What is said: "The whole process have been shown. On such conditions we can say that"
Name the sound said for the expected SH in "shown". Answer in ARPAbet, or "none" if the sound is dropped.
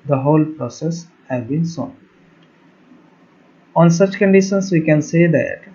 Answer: S